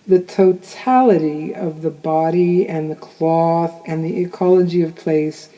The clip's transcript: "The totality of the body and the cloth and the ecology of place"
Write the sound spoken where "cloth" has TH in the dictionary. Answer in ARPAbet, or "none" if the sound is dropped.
TH